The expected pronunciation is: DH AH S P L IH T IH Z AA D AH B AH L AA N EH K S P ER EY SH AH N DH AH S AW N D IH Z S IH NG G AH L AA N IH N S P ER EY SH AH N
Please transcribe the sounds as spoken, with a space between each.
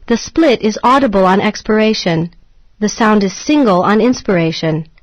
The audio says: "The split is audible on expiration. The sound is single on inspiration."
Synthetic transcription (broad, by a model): DH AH S P L IH T IH Z AA D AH B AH L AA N EH K S P ER EY SH AH N DH AH S AW N D IH Z S IH NG G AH L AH N IH N S P ER EY SH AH N